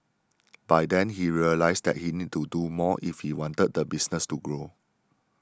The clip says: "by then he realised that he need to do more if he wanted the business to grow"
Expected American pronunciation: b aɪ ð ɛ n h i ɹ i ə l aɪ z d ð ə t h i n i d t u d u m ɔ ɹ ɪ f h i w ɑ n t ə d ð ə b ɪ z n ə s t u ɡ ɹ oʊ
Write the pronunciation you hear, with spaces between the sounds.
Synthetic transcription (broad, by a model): b aɪ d ɛ n h i ɹ i ə l aɪ s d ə t h i n i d t u d u m ɔ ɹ ɪ f h i w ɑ n t ə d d ə b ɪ s n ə s t u ɡ ɹ oʊ